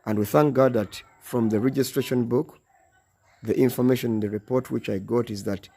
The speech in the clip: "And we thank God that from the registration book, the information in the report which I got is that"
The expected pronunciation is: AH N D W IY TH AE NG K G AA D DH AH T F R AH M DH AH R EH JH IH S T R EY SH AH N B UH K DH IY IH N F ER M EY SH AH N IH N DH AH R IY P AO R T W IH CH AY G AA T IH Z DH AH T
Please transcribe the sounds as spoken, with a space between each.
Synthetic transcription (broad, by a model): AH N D W IY TH AE NG K G AA D DH AH T F R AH M DH AH R EH JH IH S T R EY SH AH N B UH K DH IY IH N F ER M EY SH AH N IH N DH AH R IY P AO R T W IH CH AY G AA T IH Z DH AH T